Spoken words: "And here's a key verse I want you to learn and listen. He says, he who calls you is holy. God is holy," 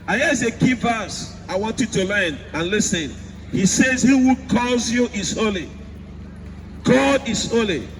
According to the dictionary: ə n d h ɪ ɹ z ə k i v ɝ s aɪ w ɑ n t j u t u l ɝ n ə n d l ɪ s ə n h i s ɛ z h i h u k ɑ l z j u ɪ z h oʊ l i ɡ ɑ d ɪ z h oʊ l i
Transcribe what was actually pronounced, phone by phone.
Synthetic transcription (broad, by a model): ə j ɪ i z ə k i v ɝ s aɪ w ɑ n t j u t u l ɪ n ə n l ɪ s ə n h i s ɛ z h i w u k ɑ z j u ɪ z h oʊ l i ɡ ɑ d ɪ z h oʊ l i